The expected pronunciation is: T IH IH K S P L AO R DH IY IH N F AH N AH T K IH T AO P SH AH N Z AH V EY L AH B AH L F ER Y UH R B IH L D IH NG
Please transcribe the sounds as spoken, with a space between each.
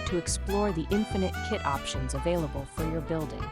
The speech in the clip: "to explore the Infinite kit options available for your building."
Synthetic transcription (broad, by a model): T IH IH K S P L AO R DH IY IH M F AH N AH T K IH T AO P SH AH N Z AH V EY L AH B AH L F ER Y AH R B IH L D IH NG